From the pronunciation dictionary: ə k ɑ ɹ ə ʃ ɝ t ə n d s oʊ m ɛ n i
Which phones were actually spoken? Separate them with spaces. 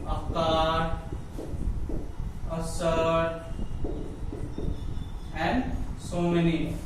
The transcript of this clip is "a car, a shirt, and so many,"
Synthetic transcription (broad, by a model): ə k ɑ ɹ ə s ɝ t ə n d s oʊ m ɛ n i